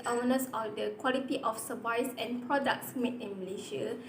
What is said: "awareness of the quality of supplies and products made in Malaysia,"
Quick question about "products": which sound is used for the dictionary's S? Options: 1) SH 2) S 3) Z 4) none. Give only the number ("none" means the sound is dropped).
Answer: 2